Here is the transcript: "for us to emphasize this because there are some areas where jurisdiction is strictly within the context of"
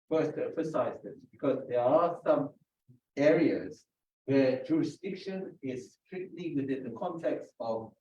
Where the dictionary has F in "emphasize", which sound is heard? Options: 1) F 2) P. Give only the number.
1